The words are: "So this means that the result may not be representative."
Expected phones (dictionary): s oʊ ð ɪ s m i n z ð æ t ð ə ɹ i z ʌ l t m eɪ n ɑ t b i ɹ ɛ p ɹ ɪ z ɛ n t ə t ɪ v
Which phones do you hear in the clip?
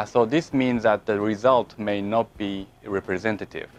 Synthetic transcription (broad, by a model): s oʊ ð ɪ s m i n z ð æ t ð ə ɹ i z ʌ l t m eɪ n ɑ t b i ɹ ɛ p ɹ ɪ z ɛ n t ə t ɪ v